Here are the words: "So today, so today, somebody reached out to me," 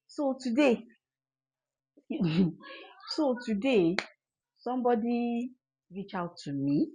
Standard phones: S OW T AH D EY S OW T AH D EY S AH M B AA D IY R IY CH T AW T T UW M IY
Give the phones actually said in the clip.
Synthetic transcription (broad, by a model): S OW T AH D EY S OW T AH D EY S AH M B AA D IY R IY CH AW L T UW M IY